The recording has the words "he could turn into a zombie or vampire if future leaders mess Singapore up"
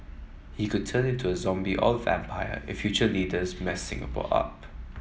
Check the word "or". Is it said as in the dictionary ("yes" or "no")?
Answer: no